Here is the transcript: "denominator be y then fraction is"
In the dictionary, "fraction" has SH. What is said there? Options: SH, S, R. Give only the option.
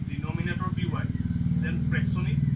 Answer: S